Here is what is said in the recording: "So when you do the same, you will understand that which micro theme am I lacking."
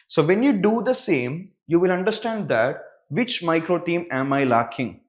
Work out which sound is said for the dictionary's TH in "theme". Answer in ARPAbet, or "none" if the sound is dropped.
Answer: T